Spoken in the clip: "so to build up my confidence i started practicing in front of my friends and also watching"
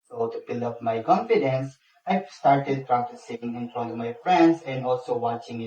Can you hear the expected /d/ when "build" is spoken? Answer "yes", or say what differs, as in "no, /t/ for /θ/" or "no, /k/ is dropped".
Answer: no, /d/ is dropped